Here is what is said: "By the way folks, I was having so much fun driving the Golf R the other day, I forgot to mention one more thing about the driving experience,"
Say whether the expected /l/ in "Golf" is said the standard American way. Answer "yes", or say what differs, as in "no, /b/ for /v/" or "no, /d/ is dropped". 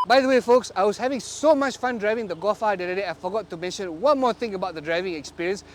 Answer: no, /l/ is dropped